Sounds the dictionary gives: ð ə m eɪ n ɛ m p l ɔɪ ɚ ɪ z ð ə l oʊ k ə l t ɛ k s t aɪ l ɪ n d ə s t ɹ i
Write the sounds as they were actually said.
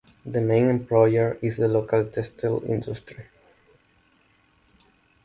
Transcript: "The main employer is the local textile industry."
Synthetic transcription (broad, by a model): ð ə m eɪ n ɛ m p l ɔɪ ɚ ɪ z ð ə l oʊ k ə l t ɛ s t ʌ l ɪ n d ə s t ɹ i